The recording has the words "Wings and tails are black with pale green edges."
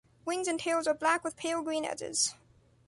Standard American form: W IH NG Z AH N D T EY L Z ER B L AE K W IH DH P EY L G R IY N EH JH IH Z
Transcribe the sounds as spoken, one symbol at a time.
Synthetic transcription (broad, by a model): W IH NG Z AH N T EY L Z ER B L AE K W IH DH P EY L G R IY N EH JH IH Z